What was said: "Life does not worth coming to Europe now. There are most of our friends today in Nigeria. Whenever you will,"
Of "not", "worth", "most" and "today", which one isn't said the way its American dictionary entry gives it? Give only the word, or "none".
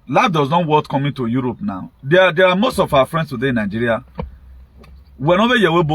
worth